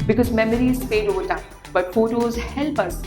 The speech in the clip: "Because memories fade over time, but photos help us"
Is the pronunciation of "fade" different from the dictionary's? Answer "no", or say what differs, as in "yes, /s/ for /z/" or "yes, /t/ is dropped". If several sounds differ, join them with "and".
yes, /p/ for /f/